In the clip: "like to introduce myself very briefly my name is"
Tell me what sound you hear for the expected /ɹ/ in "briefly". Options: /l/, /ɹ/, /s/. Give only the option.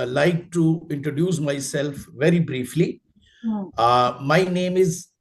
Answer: /ɹ/